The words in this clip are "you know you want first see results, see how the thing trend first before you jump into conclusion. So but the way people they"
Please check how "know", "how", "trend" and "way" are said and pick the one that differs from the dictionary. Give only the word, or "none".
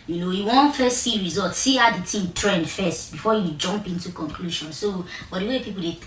none